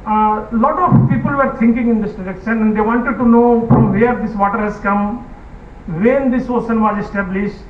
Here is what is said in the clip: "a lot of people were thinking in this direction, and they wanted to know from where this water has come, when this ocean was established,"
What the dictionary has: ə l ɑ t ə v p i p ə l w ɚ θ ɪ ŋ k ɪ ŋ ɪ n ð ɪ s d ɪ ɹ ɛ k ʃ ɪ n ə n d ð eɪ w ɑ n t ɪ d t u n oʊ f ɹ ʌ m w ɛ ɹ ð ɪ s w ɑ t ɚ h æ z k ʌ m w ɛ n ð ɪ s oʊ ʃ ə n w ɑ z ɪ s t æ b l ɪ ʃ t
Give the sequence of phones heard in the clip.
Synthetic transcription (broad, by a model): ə l ɑ t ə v p i p ə l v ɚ t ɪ ŋ k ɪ ŋ ɪ n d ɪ s d ɪ ɹ ɛ k ʃ ɪ n ə n d eɪ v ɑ n t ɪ d t u n oʊ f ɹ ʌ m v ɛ ɹ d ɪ s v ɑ t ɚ h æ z k ʌ m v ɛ n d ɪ s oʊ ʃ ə n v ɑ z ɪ s t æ b l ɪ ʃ t